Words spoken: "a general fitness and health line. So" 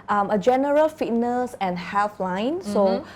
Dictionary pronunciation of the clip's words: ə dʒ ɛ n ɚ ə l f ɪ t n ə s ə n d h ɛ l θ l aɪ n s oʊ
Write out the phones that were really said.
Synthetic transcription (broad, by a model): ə dʒ ɛ n ɚ ə l f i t n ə s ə n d h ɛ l f l aɪ n s oʊ